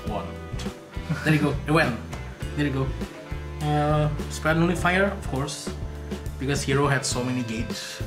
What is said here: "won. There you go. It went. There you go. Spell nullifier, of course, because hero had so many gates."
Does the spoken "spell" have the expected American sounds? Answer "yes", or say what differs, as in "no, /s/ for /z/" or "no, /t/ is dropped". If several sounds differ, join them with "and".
no, /n/ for /l/